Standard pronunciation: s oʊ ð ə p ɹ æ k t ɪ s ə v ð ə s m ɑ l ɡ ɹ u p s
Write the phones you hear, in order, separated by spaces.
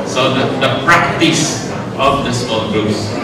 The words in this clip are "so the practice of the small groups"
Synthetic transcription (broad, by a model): s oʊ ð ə p ɹ æ k t ɪ s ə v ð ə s ɑ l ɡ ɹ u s